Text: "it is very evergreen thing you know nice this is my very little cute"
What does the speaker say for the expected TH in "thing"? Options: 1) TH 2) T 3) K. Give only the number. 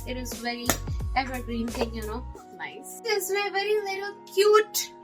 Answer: 2